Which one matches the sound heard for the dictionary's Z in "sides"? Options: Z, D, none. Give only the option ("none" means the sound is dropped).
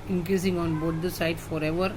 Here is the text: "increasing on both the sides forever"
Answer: none